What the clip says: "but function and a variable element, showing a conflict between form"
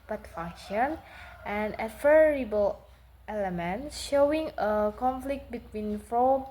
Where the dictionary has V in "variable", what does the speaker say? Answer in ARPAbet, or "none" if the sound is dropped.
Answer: F